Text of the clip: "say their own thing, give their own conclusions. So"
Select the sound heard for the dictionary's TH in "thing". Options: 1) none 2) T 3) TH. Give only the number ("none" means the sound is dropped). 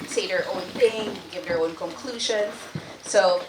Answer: 3